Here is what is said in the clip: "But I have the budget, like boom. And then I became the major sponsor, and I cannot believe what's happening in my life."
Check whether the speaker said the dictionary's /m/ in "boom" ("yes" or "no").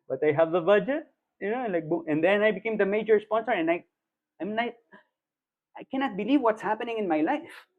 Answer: no